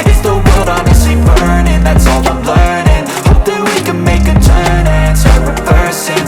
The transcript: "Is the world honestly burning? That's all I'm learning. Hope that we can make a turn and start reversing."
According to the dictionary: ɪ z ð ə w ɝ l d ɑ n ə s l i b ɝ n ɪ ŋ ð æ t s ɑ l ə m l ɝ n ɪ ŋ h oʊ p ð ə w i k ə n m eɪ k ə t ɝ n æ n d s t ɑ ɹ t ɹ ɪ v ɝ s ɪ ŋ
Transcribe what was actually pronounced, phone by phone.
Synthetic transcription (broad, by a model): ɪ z ð ə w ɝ d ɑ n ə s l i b ɝ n ɪ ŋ ð æ t s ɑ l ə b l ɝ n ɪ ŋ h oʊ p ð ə w i k ə n m eɪ k ə t ɝ n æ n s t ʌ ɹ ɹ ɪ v ɝ s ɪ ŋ